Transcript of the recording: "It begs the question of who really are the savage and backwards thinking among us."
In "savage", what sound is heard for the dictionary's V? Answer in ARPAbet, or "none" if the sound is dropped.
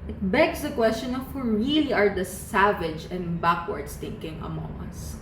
V